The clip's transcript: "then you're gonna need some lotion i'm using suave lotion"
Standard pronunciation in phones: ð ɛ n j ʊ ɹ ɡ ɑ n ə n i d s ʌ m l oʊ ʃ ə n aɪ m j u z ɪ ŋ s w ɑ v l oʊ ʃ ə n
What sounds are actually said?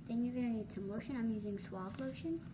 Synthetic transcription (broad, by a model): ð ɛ n j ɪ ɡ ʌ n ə n i d s ʌ m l oʊ ʃ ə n aɪ m j u z ɪ ŋ s w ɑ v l oʊ ʃ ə n